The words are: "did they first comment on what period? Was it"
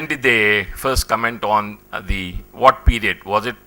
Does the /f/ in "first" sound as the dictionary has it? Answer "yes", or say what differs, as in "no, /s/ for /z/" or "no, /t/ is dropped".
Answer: yes